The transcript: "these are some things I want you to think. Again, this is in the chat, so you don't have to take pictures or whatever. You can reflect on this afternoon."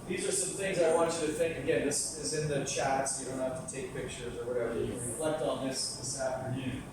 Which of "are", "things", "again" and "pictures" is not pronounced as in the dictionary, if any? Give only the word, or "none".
none